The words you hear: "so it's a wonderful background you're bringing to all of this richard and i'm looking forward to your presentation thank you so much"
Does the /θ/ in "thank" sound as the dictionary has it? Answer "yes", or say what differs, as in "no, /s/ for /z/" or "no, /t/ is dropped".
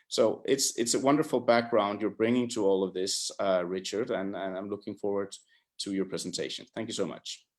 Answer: yes